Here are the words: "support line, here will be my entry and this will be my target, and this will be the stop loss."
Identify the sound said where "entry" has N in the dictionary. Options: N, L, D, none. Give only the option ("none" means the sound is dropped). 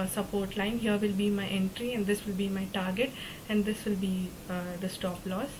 N